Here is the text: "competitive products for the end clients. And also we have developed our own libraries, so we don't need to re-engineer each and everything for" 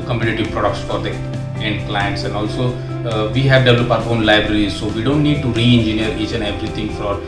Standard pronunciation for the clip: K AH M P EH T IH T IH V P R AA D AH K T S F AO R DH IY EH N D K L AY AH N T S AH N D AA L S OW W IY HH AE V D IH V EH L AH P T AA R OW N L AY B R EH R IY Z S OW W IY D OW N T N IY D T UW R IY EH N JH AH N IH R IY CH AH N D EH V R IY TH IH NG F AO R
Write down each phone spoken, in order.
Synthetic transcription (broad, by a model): K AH M P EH T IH T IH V P R AA D AH K T S F AO R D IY EH N D K L AY AH N T S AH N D AA L S OW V IY HH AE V D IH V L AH P AA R OW N L AY B R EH R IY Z S OW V IY D OW N T N IY D T UW R IY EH N JH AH N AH R IY CH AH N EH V R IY T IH NG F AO R